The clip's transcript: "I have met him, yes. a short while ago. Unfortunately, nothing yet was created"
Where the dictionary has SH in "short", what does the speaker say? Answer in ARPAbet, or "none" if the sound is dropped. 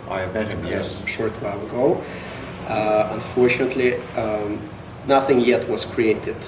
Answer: SH